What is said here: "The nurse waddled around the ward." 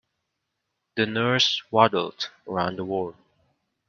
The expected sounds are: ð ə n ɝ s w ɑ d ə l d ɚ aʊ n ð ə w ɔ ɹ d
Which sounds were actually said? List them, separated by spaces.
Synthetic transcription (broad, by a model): ð ə n ɝ s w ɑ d l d ɚ aʊ n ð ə w ɔ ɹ